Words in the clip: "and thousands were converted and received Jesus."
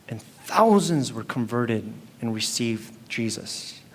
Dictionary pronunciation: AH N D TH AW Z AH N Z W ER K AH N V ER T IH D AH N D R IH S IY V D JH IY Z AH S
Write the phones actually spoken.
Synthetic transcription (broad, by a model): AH N TH AW Z AH N Z W ER K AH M V ER T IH D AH N R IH S IY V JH IY Z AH S